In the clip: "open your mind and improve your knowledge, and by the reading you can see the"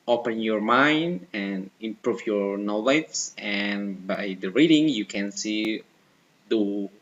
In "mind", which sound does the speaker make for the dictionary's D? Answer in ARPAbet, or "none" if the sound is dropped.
D